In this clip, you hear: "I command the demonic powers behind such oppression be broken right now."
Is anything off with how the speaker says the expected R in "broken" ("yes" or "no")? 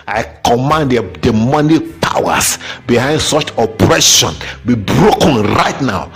no